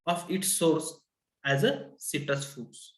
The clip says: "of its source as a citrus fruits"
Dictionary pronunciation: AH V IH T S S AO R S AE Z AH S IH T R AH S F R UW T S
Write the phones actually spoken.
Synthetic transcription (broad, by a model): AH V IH T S S AO R S AE Z AH S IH T AH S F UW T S